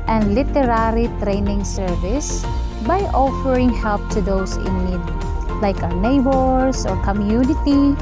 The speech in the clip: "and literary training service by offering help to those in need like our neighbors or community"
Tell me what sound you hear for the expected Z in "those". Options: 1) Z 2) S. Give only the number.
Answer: 2